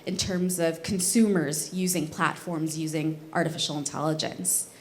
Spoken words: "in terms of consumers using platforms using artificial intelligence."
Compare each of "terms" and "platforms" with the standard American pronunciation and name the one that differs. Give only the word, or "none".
none